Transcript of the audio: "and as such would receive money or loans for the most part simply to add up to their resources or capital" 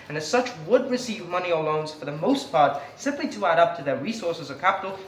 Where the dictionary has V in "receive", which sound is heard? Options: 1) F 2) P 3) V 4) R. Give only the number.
3